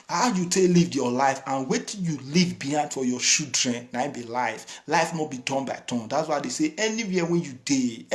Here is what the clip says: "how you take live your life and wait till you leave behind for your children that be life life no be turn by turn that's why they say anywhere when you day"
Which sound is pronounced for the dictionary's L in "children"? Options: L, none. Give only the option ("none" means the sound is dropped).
none